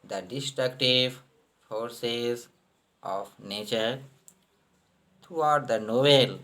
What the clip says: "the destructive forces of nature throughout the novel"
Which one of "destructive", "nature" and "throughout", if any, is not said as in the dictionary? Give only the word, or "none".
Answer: throughout